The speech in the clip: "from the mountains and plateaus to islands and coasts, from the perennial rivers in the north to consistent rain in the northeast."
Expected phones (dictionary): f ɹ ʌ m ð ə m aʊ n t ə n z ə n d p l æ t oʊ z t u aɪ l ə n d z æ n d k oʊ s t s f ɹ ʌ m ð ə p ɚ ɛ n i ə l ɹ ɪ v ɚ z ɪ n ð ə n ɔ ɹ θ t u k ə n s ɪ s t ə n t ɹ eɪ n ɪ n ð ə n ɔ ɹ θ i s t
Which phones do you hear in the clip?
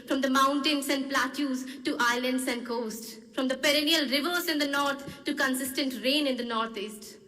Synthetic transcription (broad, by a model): f ɹ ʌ m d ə m aʊ n t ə n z ə n d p l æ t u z t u aɪ l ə n d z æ n d k oʊ s t s f ɹ ʌ m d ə p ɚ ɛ n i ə l ɹ ɪ v ɚ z ɪ n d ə n ɔ ɹ t t u k ə n s ɪ s t ə n t ɹ eɪ n ɪ n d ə n ɔ ɹ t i s t